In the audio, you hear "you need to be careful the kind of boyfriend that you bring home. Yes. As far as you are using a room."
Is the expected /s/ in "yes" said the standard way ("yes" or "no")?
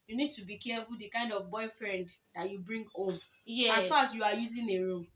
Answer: no